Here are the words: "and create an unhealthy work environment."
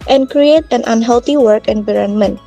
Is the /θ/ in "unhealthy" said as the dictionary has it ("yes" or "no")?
no